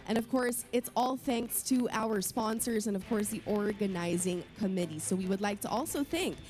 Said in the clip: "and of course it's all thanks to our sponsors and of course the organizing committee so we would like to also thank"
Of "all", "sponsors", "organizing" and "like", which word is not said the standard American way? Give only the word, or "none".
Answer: none